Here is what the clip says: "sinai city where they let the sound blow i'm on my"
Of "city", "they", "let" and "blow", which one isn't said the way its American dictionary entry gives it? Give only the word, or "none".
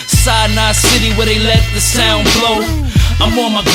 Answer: none